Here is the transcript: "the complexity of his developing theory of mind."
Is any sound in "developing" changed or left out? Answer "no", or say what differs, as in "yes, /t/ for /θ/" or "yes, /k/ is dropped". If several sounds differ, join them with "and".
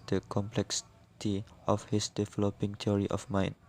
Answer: no